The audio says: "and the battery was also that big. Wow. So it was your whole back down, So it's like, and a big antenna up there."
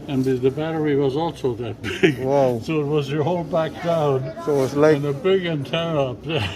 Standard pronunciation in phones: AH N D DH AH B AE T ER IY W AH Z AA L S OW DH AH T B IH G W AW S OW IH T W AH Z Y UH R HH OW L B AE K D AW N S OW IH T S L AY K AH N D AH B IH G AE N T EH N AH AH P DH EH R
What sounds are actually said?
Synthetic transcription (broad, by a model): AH N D DH AH B AE T ER IY W AH Z AA L S OW DH AH T B IH G W AW S OW IH T W AH Z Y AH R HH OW L B AE K D AW N S OW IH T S L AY AH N AH B IH G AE N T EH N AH AH P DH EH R